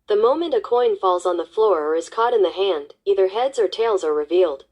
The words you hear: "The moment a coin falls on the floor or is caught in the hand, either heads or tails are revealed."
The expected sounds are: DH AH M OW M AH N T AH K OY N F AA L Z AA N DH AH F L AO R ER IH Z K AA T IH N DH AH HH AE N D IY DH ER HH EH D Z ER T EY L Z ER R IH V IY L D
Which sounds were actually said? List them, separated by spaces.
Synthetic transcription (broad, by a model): DH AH M OW M AH N T AH K OY N F AA L Z N DH AH F L AO R ER IH Z K AA T IH N DH AH HH AE N D IY DH ER HH EH D Z ER T EY L Z ER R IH V IY L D